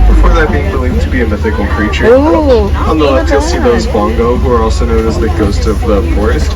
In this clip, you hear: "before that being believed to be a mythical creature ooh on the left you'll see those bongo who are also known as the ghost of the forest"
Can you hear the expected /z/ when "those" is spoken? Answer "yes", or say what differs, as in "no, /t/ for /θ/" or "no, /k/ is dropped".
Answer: yes